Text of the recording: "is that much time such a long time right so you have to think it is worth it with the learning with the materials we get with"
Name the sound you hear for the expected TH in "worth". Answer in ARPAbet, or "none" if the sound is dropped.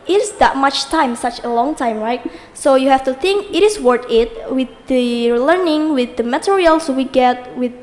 T